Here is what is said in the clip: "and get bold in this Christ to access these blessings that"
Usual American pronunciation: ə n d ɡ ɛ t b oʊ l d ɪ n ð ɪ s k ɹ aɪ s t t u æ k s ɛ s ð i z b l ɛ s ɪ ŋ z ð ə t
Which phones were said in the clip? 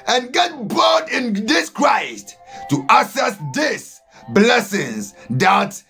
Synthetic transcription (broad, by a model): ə n ɡ ɛ t b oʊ d ɪ n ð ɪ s k ɹ aɪ s t t u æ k s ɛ s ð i s b l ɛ s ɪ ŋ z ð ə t